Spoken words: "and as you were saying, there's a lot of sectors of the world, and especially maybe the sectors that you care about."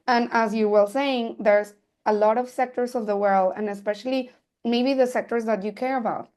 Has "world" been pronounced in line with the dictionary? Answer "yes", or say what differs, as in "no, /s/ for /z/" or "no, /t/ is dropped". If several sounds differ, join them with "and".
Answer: yes